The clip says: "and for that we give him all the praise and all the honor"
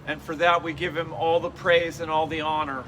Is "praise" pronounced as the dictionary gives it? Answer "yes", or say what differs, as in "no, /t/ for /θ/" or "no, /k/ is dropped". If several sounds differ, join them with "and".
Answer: yes